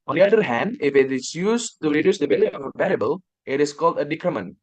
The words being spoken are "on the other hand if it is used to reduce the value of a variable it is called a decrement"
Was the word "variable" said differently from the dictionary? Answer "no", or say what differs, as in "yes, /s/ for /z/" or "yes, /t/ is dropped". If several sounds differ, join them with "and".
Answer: yes, /p/ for /v/